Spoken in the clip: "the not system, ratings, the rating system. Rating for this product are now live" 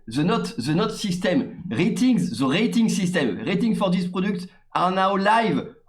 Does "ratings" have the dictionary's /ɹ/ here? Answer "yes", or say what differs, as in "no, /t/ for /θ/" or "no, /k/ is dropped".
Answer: yes